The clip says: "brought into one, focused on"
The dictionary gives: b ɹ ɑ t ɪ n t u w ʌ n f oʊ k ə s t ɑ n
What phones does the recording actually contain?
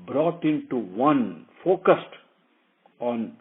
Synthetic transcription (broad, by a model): b ɹ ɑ t ɪ n t u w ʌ n f oʊ k ə s t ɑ n